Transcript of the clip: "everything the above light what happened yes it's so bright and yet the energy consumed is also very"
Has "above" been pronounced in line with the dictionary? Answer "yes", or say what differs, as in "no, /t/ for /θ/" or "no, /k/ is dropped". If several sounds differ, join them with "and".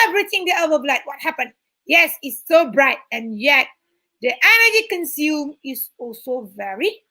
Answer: no, /b/ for /v/